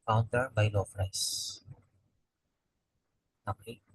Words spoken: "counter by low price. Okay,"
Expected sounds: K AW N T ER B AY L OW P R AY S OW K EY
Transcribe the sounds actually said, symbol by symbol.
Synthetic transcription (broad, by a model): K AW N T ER B AY L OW F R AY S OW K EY